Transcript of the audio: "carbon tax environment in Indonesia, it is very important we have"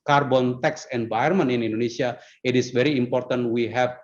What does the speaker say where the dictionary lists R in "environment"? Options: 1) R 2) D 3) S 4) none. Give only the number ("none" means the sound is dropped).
4